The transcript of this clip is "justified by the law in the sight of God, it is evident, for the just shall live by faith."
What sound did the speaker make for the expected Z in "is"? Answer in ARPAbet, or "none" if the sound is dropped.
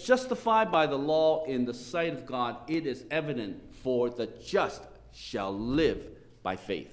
Z